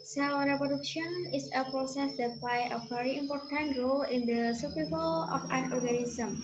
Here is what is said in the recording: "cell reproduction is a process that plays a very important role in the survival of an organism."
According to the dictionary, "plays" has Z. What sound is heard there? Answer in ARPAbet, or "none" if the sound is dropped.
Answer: none